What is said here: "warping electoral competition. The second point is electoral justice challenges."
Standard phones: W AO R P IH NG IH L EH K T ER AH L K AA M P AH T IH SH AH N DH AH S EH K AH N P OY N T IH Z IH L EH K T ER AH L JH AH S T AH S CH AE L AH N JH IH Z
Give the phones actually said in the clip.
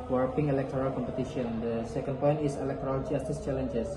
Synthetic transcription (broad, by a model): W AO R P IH NG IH L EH K T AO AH L K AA M P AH T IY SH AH N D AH S EH K AH N P OY N T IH S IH L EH K T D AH L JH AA S T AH S CH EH L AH N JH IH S